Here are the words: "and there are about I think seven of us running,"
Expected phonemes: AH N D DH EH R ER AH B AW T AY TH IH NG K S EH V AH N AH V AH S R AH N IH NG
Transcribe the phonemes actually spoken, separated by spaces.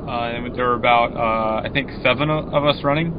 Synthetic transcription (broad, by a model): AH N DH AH R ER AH B AW T AY TH IH NG K S EH V AH N AH V AH S R AH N IH NG